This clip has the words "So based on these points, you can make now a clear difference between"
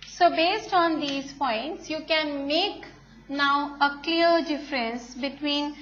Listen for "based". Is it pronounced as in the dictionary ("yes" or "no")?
yes